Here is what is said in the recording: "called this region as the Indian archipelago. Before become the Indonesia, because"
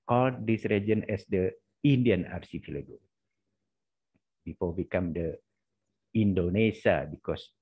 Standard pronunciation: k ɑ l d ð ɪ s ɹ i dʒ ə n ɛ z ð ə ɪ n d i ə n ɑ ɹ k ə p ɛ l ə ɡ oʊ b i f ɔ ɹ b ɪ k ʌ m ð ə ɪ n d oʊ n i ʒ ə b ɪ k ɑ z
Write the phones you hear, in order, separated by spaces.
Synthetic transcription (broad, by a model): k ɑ l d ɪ s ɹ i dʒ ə n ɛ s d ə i n d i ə n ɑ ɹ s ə f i l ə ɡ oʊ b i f ɔ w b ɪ k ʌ m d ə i n d oʊ n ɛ ʃ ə b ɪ k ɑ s